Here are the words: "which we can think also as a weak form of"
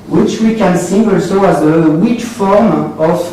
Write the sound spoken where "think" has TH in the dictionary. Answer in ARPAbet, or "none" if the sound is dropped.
S